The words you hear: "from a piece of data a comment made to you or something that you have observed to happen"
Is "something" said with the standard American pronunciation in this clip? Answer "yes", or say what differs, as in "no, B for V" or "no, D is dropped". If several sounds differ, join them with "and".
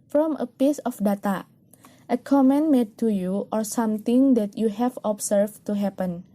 no, T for TH